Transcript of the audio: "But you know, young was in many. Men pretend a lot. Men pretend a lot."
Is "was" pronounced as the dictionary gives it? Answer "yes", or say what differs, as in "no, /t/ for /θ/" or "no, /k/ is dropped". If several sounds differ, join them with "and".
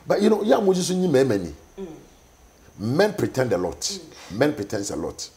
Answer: no, /s/ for /z/